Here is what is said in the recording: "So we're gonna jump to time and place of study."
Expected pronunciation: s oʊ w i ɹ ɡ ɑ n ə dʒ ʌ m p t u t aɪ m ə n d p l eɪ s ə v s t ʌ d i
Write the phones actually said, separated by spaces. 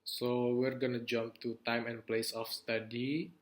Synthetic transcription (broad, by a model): s oʊ w i ɹ ɡ ɑ n ə dʒ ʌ m p t u t aɪ m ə n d p l eɪ s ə f s t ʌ d i